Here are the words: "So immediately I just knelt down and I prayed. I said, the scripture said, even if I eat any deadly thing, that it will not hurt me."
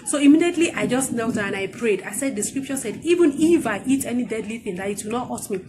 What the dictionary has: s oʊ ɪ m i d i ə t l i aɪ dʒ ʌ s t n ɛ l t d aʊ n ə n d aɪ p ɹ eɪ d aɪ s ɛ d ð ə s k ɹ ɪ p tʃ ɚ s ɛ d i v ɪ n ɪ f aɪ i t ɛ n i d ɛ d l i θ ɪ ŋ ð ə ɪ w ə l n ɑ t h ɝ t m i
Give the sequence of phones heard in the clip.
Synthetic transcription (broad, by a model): s oʊ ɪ m i d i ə t l i aɪ dʒ ʌ s t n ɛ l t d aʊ ə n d aɪ p ɹ eɪ d aɪ s ɛ d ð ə s k ɹ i p tʃ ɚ s ɛ d i v ɪ n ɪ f aɪ i t ɛ n i d ɛ d l i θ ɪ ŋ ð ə ɪ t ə n ɑ t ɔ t m i